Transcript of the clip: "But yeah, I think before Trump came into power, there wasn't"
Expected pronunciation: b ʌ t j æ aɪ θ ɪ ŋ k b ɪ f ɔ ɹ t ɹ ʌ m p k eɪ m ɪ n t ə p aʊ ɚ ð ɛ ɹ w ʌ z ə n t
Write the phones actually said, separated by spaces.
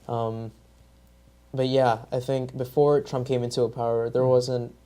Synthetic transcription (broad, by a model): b ʌ t j æ aɪ θ ɪ ŋ k b ɪ f ɔ ɹ t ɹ ʌ m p k eɪ m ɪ n t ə p aʊ ɚ ð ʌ ɹ w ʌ z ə n t